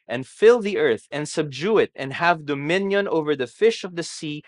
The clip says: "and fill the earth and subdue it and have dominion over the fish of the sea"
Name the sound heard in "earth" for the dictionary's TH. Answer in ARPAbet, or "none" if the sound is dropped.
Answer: TH